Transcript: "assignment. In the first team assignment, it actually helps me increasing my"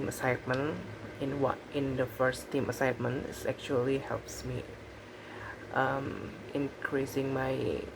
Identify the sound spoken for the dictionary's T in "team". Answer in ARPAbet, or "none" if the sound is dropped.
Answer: T